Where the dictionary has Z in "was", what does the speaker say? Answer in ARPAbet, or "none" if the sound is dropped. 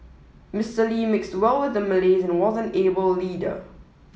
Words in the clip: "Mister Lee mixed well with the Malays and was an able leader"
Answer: Z